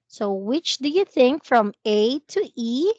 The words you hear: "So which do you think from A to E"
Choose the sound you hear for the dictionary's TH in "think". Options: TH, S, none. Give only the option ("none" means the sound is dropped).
TH